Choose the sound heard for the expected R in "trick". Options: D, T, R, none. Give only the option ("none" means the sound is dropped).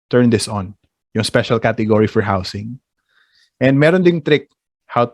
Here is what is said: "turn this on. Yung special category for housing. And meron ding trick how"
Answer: R